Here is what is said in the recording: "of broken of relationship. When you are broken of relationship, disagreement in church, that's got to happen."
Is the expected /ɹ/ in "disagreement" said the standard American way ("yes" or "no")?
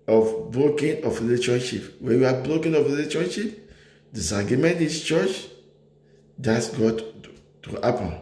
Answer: no